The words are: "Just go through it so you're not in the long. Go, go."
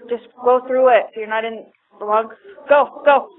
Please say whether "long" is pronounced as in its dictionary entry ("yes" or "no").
no